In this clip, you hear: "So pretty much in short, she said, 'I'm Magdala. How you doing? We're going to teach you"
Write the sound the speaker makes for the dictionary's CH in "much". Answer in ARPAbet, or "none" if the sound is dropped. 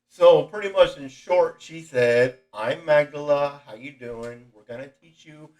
CH